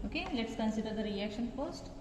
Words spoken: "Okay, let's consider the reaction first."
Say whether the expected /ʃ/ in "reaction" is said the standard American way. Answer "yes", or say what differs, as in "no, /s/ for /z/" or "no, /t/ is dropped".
yes